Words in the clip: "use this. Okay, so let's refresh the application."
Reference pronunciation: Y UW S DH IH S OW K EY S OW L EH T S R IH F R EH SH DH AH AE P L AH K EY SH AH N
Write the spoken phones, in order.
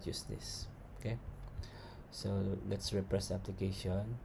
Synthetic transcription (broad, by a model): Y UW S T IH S OW K EY S OW L EH T S R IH P R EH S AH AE P L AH K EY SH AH N